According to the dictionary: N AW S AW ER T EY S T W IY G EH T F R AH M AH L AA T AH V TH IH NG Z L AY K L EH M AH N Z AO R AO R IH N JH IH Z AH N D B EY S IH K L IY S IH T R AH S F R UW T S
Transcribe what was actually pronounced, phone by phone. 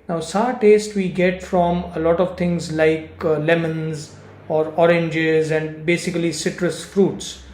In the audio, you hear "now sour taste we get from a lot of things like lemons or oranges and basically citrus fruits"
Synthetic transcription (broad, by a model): N AW S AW T EY S T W IY G EH T F R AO M AH L AA T AH V T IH NG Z L AY K L EH M AH N Z AO R AO R IH N JH IH Z AH N D B EY S IH K L IY S IH T R AH S F R UW T S